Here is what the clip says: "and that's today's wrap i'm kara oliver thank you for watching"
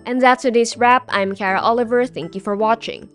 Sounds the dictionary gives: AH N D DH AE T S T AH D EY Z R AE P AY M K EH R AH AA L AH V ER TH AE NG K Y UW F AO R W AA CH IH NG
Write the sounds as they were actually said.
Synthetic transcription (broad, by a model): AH N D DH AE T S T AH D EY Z R AE P AY M K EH R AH AA L AH V ER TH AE NG K Y UW F AO R W AA CH IH NG